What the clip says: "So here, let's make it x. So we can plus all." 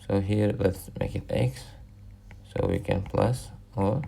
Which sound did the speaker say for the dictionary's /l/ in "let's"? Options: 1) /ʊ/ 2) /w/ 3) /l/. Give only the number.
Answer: 2